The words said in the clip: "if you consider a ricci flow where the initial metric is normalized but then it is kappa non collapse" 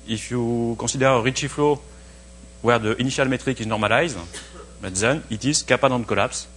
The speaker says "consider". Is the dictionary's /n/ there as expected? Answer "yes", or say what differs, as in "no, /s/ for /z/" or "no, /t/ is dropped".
no, /n/ is dropped